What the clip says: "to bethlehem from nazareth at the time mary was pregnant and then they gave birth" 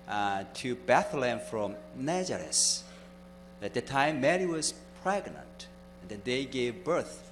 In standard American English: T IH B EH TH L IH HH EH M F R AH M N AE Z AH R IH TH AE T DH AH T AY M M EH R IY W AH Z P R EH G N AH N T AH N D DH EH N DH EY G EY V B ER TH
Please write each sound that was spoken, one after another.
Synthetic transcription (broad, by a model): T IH B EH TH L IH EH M F R AH M N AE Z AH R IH S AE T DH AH T AY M M EH R IY W AH Z P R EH G N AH N T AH N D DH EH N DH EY G EY V B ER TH